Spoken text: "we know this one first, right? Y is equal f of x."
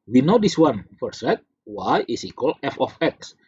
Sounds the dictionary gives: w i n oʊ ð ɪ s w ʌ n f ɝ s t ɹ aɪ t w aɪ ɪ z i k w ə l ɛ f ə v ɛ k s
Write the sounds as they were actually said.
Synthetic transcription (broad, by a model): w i n oʊ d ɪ s w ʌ n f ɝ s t w aɪ t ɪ s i k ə l ɛ f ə f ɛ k s